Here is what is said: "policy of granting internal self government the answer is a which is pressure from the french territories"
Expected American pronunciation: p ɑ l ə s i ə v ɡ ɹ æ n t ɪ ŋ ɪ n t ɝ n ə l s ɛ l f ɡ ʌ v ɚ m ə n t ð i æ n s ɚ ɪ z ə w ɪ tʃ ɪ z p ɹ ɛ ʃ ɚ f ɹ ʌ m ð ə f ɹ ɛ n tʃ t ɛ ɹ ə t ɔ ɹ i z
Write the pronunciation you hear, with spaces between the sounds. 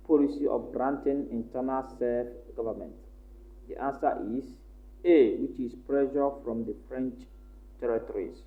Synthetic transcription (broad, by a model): p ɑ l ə s i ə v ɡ ɹ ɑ n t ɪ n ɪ n t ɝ n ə l s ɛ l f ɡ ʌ v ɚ m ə n t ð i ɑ n s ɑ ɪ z ə w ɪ tʃ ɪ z p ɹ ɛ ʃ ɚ f ɹ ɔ m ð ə f ɹ ɛ n tʃ t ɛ ɹ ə t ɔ ɹ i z